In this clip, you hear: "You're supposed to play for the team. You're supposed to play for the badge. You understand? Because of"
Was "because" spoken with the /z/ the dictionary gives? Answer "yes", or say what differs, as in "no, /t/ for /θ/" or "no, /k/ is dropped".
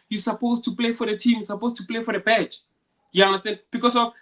no, /s/ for /z/